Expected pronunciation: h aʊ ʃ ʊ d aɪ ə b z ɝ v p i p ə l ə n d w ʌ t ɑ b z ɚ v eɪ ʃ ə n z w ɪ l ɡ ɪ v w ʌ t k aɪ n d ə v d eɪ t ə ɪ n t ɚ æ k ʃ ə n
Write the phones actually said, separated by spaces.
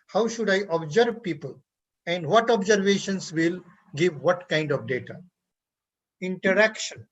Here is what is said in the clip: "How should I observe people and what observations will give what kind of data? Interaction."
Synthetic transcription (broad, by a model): h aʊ ʃ ʊ d aɪ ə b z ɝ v p i p ə l ə n d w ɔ t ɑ b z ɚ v eɪ ʃ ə n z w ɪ l ɡ ɪ v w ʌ t k aɪ n d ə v d eɪ t ə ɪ n t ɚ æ k ʃ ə n